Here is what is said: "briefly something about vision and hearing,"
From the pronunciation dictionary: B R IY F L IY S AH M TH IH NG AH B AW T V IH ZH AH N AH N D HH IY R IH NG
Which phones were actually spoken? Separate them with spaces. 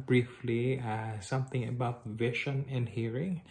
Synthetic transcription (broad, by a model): B R IY F L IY S AH M TH IH NG AH B AW T V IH SH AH N AH N D HH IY R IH NG